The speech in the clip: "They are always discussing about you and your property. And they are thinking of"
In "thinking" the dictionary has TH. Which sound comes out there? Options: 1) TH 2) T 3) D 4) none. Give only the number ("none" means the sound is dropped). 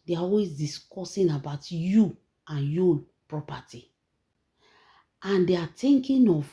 2